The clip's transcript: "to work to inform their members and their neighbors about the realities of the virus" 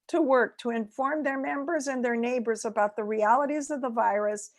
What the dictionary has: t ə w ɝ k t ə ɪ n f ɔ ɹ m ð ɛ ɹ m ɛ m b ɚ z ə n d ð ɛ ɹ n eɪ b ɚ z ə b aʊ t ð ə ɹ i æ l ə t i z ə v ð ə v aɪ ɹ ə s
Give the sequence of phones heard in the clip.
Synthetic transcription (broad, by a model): t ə w ɝ k t ə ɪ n f ɔ ɹ m ð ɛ ɹ m ɛ m b ɚ z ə n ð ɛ ɹ n eɪ b ɚ z ə b aʊ t ð ə ɹ i æ l ə t i z ə v ð ə v aɪ ɹ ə s